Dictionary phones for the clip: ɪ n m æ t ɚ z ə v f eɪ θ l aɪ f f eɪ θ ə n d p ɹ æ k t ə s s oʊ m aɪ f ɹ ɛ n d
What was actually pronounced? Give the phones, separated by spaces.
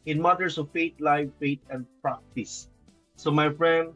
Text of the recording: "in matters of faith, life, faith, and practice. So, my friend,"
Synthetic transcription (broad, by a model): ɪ n m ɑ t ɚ s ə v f eɪ t l aɪ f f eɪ t ə n d p ɹ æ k t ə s s oʊ m aɪ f ɹ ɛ n d